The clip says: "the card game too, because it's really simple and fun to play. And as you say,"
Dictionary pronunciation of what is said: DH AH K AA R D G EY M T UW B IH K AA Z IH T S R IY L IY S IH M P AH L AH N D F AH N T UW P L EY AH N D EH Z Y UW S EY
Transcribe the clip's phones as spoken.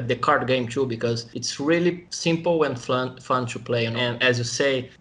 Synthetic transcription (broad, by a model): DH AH K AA R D G EY M T UW B IH K AA Z IH T S R IY L IY S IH M P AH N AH N F AH N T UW P L EY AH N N EH Z Y UW S EY